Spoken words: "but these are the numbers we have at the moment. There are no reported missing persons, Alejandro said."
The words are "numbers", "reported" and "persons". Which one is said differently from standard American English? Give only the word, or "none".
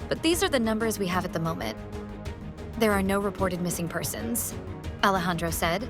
none